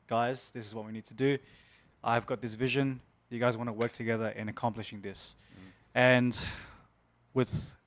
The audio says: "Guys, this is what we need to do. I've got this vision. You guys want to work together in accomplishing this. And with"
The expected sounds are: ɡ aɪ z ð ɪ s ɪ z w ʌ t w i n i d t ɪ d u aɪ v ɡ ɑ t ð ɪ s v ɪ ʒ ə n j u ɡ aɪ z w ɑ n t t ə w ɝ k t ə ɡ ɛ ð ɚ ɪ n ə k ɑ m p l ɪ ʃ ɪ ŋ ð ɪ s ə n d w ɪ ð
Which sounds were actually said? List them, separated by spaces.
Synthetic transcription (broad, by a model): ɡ aɪ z ð ɪ s ɪ z w ʌ t w i n i d t ɪ d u aɪ v ɡ ɑ t ð ɪ s v ɪ ʒ ə n j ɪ ɡ aɪ z w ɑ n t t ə w ɝ k t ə ɡ ɛ ð ɚ ɪ n ə k ɑ m p l ɪ ʃ ɪ ŋ ð ɪ s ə n w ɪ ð